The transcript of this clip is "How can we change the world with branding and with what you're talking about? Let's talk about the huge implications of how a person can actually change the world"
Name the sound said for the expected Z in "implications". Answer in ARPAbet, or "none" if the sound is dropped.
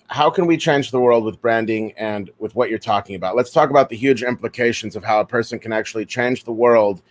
Z